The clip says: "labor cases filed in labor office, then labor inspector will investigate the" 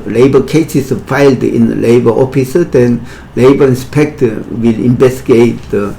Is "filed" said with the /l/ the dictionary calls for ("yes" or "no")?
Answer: yes